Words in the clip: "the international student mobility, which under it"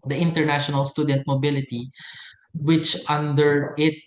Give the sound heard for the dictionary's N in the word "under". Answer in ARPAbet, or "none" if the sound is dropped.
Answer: N